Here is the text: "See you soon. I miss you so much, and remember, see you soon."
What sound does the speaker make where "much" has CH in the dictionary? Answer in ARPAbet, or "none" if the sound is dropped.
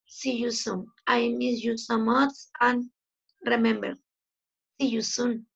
S